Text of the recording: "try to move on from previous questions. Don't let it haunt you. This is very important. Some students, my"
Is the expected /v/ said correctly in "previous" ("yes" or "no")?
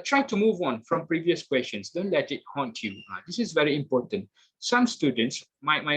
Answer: yes